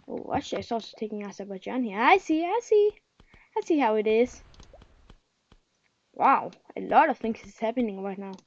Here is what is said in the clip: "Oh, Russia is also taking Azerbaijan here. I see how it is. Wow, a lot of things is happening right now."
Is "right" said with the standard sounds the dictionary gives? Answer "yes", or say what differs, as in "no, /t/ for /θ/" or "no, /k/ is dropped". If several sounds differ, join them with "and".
yes